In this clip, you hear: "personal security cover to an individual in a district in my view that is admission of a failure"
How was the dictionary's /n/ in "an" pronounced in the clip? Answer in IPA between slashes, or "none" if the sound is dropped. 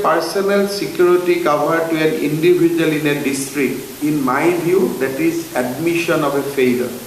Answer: /n/